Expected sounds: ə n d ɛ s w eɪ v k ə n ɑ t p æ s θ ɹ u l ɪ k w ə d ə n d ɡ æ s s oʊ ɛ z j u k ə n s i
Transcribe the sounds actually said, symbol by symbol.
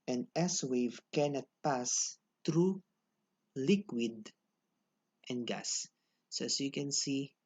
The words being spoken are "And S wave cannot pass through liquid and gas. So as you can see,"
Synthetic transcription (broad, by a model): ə n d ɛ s w eɪ v k ə n ɑ t p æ s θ ɹ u l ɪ k w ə d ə n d ɡ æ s s oʊ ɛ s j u k ə n s i